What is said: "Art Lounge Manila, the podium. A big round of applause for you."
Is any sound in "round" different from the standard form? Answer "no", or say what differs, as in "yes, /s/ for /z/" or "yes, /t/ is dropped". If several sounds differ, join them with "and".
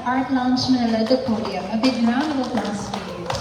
yes, /d/ is dropped